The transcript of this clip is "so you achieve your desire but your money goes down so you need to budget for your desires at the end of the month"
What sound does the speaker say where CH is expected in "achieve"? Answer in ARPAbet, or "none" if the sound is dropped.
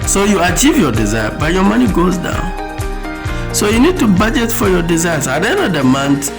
CH